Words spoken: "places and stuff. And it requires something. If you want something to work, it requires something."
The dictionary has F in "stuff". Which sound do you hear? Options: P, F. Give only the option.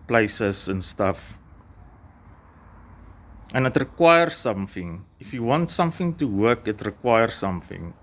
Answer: F